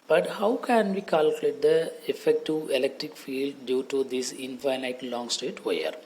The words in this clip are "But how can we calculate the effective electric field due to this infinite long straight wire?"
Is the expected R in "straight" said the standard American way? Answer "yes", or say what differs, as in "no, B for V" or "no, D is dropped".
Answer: no, R is dropped